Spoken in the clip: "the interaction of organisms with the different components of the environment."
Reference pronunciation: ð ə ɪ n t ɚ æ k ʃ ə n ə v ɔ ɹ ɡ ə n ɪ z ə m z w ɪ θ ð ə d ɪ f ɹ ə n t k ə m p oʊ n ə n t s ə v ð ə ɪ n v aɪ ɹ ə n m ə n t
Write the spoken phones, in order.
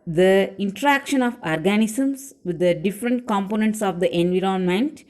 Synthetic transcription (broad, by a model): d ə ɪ n t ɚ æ k ʃ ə n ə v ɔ ɹ ɡ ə n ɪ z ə m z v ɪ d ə d ɪ f ɹ ə n t k ə m p oʊ n ə n t s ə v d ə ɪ n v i ɹ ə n m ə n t